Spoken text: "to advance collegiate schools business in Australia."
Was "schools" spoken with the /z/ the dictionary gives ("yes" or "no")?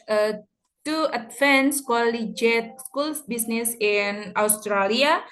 no